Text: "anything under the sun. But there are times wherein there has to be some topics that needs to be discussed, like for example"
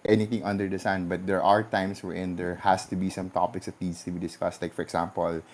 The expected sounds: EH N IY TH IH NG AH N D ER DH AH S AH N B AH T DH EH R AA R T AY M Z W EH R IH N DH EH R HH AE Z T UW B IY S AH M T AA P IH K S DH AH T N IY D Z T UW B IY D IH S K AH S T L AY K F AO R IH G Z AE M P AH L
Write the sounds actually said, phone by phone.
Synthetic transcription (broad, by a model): EH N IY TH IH NG AH N D ER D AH S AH N B AH T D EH R AA R T AY M S W EH R IH N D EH R HH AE S T UW B IY S AH M T AA P IH K S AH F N IY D S T UW B IY D IH S K AH S T L AY K F AO R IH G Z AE M P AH L